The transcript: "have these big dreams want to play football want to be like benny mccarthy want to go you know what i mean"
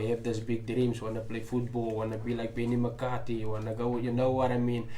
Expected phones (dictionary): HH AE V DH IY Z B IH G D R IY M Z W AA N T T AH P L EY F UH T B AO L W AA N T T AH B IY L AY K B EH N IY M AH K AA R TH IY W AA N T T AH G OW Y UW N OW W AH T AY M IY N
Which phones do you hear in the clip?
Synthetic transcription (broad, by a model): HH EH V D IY S B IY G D R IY M S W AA N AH P L EY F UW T B AO L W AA N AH B IY L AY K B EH N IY M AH K AA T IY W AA N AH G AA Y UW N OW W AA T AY M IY N